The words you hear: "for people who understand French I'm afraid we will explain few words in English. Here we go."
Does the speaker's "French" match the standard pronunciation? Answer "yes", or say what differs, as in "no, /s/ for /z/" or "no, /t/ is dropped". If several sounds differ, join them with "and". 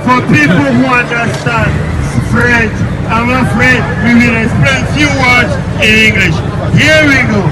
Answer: no, /p/ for /f/